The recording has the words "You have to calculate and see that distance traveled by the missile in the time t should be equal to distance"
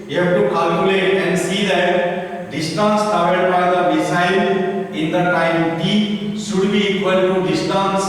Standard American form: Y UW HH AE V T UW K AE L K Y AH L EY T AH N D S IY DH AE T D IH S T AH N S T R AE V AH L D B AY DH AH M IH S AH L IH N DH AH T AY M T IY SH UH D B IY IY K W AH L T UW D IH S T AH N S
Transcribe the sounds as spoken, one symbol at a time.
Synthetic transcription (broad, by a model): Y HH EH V T UW K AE L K Y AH L EY T AH N D S IY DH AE T D IH S T AH N S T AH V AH D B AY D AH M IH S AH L IH N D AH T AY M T IY SH UH D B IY IY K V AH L T UW D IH S T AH N S